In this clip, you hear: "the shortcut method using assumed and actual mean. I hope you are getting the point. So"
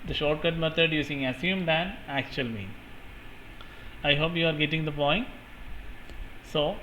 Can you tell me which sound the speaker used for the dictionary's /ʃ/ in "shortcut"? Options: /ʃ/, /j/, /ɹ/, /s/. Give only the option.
/ʃ/